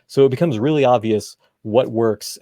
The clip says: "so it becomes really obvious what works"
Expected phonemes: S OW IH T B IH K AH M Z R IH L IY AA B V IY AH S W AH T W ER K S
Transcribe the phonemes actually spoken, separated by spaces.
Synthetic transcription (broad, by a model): S OW IH T B IH K AH M Z R IH L IY AA B V IY AH S W AH T W ER K S